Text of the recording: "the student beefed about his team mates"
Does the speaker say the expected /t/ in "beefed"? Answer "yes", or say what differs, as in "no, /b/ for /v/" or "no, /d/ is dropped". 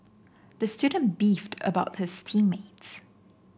yes